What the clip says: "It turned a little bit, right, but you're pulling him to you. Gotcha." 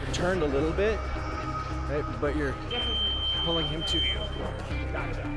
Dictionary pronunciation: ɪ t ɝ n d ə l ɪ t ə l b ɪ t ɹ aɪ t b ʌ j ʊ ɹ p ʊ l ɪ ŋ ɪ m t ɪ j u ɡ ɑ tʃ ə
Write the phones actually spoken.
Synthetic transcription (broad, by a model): t ɝ n d ə l ɪ t l b ɪ t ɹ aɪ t b ʌ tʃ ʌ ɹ p ʊ l ɪ ŋ ɪ m t ɪ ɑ